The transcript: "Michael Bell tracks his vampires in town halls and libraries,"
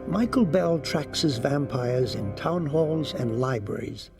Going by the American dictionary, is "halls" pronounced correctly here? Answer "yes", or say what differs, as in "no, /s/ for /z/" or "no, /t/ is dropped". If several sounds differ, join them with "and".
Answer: yes